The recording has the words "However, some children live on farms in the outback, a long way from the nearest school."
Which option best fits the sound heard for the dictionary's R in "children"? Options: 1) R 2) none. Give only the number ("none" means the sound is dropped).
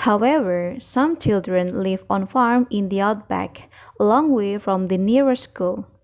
1